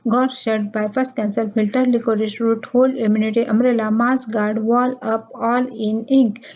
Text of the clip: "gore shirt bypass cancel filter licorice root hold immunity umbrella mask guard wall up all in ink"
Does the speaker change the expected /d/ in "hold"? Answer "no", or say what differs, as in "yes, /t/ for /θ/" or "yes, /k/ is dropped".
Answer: yes, /d/ is dropped